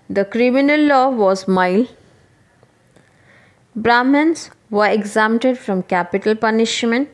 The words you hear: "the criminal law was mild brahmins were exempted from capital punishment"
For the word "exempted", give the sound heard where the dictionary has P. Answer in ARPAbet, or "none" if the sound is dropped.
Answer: none